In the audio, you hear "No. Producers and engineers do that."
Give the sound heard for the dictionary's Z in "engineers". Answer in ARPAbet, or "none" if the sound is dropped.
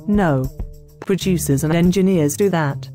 Z